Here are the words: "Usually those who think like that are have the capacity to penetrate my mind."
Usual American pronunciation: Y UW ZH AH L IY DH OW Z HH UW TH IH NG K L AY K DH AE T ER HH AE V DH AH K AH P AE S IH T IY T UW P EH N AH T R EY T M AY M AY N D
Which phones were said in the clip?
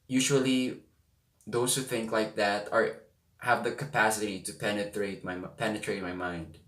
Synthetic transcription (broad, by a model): Y UW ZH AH L IY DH OW S HH UW TH IH NG K L AY K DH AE T ER HH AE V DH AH K AH P AE S IH T IY T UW P EH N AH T R EY T M AY M AY N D